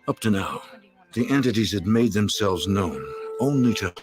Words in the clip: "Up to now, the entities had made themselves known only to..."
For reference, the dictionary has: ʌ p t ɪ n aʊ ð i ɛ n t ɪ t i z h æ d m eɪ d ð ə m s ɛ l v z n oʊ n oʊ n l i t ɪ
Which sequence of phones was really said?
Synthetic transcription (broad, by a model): ʌ p t ɪ n aʊ ð i ɛ n t ɪ t i z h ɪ d m eɪ d ð ə m s ɛ l v z n oʊ n oʊ n l i t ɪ